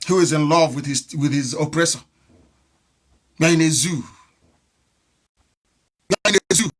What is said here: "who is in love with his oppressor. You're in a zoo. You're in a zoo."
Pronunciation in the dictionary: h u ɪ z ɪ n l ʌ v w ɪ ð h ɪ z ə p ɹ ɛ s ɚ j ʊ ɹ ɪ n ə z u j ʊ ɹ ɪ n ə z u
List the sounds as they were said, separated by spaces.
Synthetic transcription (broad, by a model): h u ɪ z ɪ n l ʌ v w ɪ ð h ɪ z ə p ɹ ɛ s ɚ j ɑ ɪ n ə z u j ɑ ɪ n ə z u